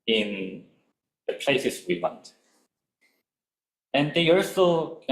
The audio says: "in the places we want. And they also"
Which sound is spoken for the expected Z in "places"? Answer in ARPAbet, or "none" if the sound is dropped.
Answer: S